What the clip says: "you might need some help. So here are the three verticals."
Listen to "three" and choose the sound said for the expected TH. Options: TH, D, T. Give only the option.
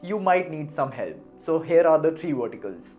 T